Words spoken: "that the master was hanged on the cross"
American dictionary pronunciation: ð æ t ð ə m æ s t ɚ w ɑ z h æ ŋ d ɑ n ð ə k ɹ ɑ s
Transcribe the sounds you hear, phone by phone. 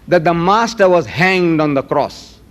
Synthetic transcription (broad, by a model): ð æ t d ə m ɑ s t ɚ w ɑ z h æ ŋ d ɑ n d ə k ɹ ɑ s